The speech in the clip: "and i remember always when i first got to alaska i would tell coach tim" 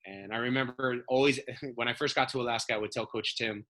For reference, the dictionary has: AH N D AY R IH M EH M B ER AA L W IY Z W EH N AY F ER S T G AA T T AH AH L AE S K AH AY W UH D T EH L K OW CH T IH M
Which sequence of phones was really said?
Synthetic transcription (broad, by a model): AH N AY R IH M EH M B ER AA L W IY Z W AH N AY F ER S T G AA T T AH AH L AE S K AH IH W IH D T EH L K OW CH T IH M